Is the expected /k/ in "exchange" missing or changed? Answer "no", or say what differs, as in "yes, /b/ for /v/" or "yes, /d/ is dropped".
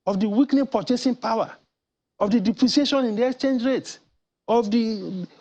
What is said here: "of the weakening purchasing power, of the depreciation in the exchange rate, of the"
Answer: no